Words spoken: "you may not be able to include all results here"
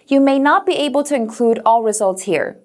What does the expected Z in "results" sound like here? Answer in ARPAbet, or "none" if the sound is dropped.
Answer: Z